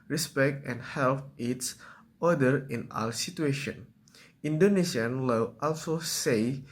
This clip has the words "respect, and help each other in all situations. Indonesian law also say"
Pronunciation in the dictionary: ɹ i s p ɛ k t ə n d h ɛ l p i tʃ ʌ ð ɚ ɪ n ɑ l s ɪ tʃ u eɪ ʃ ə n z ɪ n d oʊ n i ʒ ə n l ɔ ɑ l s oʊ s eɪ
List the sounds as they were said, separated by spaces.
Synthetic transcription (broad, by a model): ɹ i s p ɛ k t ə n h ɛ l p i s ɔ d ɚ ɪ n ɑ l s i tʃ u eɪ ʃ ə n i n d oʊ n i ʃ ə n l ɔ ɑ l s oʊ s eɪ